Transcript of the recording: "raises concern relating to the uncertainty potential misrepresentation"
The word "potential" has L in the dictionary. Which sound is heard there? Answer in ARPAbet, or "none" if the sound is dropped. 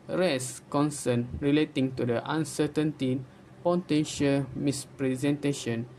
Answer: L